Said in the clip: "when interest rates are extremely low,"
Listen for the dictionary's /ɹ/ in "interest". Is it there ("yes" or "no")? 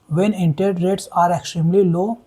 no